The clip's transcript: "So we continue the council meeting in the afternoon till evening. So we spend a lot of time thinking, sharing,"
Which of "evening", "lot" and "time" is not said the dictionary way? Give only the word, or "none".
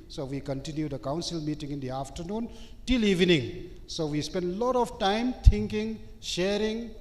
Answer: none